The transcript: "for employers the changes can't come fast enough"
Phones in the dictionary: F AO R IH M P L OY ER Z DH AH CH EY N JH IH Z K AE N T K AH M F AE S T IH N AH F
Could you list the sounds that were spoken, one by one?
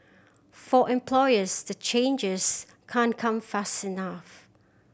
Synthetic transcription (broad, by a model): F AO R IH M P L OY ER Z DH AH CH EY N JH IH Z K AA N K AH M F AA S T IH N AH F